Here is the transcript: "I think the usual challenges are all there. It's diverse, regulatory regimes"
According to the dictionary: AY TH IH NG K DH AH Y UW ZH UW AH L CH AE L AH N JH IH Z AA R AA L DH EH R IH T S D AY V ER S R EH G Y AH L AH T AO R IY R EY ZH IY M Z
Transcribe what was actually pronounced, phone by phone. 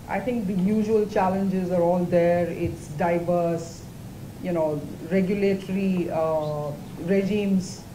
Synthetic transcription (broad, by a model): AY T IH NG K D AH Y UW ZH UW AH L CH AE L AH N JH IH Z AA R AA L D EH R IH T S D AY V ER S R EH G Y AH L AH T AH R IY R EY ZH IY M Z